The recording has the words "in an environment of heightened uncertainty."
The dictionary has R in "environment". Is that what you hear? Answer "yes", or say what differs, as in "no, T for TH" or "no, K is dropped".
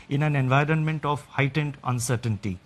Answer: yes